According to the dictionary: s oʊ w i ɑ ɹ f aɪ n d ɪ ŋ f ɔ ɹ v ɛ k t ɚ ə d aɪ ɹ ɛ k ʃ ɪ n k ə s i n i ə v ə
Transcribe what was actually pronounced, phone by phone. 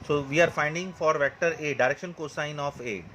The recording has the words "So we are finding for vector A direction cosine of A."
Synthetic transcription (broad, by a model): s oʊ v i ɑ ɹ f aɪ n d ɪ ŋ f ɔ ɹ v ɛ k t ɚ ə d aɪ ɹ ɛ k ʃ ɪ n k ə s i n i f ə